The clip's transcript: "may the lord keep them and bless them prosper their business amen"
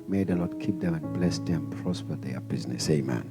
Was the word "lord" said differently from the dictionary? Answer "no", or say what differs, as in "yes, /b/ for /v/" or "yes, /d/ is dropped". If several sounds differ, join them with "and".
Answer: yes, /n/ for /l/